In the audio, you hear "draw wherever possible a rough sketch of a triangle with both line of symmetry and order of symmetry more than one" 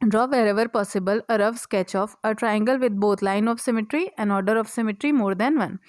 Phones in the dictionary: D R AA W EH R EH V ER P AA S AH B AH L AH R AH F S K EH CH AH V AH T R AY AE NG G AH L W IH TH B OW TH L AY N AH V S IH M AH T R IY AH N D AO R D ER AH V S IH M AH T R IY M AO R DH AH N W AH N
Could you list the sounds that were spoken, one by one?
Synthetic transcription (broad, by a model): D R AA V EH R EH V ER P AA S AH B AH L AH R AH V S K EH CH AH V AH T R AY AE NG G AH L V IH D B OW T L AY N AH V S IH M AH T R IY AH N D AO R D ER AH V S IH M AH T R IY M AO R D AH N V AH N